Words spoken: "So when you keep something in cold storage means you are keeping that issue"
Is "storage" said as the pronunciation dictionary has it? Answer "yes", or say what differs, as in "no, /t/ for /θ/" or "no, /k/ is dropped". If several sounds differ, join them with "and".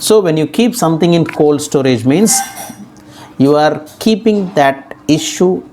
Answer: yes